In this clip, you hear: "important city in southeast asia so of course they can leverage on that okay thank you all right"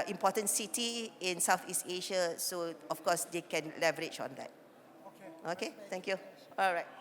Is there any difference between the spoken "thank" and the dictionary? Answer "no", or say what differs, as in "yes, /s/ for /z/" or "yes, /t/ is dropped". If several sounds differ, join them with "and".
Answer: yes, /t/ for /θ/